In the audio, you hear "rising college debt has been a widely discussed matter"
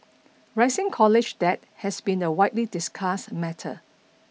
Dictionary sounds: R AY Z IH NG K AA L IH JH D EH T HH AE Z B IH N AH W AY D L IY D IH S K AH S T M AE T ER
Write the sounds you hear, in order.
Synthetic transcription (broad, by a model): R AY S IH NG K AA L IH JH D EH T HH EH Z B IH N AH W AY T L IY D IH S K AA S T M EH T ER